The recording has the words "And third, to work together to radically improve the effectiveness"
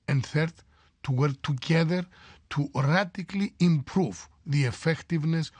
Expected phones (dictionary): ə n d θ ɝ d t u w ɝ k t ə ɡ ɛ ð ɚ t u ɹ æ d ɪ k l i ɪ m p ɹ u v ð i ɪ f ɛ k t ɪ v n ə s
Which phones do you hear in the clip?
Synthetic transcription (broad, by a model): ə n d θ ɝ d t u w ɝ k t ə ɡ ɛ ð ɚ t u ɹ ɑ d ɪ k l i ɪ m p ɹ u v ð i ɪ f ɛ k t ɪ v n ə s